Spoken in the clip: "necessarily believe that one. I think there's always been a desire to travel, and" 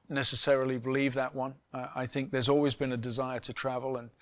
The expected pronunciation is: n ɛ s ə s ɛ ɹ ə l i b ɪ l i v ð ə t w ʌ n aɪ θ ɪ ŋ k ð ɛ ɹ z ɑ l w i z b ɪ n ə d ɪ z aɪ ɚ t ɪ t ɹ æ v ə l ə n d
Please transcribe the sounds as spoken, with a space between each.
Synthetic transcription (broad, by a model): n ɛ s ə s ɛ ɹ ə l i b ɪ l i v ð ə t w ʌ n aɪ θ ɪ ŋ k ð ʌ ɹ z ɑ l w i z b ɪ n ə d ɪ z aɪ ɚ t ɪ t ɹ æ v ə l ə n